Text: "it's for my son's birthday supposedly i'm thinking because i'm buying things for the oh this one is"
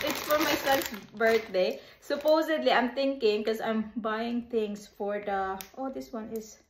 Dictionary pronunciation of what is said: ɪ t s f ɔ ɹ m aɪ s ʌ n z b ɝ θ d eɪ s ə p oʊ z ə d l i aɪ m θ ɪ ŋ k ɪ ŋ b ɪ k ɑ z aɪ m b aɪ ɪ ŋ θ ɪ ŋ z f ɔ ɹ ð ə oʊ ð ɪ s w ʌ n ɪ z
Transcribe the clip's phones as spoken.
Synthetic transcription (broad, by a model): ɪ t s f ɔ ɹ m aɪ s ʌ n s b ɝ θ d eɪ s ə p oʊ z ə d l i aɪ m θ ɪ ŋ k ɪ ŋ k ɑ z aɪ m b aɪ ɪ ŋ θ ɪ ŋ s f ɔ ɹ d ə oʊ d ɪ s w ʌ n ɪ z